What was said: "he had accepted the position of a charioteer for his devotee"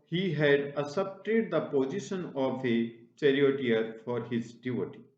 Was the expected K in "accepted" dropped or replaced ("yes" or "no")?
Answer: yes